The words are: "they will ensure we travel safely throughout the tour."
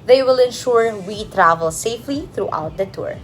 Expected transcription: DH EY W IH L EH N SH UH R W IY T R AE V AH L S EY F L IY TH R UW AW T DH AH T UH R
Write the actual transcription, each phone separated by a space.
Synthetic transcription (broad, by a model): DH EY W IH L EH N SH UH R W IY T R AE V AH L S EY F L IY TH R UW AW T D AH T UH R